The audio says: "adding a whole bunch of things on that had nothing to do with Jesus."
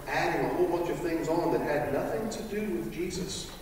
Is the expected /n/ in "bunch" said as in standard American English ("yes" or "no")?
no